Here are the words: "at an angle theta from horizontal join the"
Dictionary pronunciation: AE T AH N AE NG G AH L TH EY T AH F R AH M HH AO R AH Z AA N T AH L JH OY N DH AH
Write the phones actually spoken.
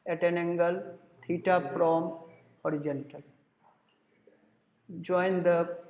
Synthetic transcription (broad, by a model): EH T AH N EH NG G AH L T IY T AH P R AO M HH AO R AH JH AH N T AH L JH OY N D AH